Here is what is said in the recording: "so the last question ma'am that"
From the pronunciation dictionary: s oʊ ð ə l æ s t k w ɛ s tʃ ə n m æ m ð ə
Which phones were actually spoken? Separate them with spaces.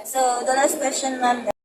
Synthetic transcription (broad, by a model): s oʊ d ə n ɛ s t k w ɛ s tʃ ə n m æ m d